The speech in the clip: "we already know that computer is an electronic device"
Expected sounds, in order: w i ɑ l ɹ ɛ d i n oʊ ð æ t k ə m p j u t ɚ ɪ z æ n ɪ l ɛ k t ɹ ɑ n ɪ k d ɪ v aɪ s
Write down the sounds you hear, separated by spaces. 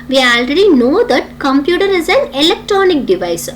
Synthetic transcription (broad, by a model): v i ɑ l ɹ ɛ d i n oʊ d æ t k ə m p j u t ɚ ɪ z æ n ɪ l ɛ k t ɹ ɑ n ɪ k d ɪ v aɪ s